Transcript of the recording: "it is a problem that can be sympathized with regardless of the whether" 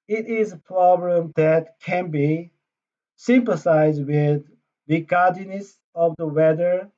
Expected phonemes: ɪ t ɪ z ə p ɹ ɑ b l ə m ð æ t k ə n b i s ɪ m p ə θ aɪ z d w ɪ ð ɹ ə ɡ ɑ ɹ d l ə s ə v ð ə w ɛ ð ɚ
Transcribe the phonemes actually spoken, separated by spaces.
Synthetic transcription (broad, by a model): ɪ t ɪ z ə p ɹ ɑ b l ə m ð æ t k ə n b i s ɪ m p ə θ aɪ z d w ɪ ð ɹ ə ɡ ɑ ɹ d n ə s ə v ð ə w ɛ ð ɚ